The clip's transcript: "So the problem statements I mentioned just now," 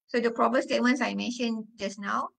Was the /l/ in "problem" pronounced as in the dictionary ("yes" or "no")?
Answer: no